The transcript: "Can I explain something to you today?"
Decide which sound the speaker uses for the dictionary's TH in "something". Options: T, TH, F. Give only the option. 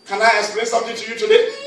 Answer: T